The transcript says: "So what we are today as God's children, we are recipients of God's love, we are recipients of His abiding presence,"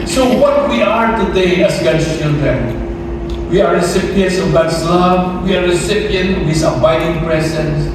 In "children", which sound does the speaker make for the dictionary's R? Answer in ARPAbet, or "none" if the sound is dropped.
R